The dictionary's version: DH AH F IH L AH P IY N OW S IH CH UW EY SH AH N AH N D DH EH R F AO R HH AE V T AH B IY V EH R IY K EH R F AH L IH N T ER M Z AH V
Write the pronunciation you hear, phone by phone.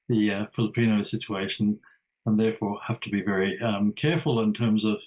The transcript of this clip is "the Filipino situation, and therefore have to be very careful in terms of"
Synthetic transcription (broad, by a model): DH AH F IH L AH P IY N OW S IH CH UW EY SH AH N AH N DH EH R F AO R HH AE F T AH B IY V EH R IY K EH R F AH L IH N T ER M Z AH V